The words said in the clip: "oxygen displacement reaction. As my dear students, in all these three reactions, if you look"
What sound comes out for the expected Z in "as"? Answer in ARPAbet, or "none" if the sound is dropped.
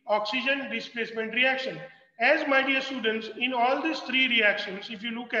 Z